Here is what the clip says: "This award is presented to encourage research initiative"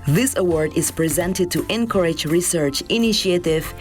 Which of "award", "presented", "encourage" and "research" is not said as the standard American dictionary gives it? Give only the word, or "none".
none